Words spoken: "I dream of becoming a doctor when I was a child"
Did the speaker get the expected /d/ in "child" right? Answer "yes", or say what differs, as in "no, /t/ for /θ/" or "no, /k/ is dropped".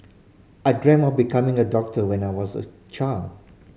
no, /d/ is dropped